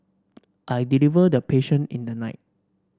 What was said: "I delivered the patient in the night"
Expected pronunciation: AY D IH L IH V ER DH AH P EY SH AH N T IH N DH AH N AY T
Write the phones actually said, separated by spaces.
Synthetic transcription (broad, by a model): AY D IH L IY V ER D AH P EY SH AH N IH N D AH N AY T